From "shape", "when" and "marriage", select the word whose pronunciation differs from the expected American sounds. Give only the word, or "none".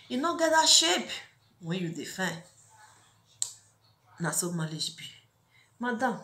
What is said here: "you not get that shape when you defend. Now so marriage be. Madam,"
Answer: marriage